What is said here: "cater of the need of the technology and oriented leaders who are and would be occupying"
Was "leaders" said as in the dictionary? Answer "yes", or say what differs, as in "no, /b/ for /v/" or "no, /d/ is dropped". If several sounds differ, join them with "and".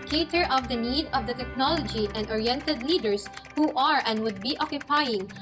no, /s/ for /z/